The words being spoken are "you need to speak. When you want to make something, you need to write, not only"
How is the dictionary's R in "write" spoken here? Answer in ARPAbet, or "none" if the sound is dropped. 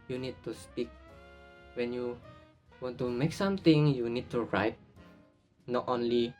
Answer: R